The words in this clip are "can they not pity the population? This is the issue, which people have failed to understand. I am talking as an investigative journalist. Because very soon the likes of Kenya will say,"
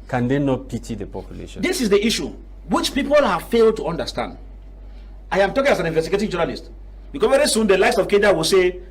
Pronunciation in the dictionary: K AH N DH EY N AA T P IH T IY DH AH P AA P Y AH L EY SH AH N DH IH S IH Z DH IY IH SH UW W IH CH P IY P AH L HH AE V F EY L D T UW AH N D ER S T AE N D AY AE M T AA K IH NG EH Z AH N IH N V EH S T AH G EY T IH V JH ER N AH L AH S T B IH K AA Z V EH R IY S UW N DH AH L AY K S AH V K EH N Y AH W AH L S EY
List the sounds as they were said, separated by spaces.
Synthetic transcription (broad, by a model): K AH N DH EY N AA T P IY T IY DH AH P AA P Y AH L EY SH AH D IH S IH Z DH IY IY SH UW W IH CH P IY P AH L HH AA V F EY L D T UW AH N D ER S T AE N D AY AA M T AA K IH NG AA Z AH N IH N V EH S T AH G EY T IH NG JH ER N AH L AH S T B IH K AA V EH R IY S UW N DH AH L AY S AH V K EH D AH W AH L S EY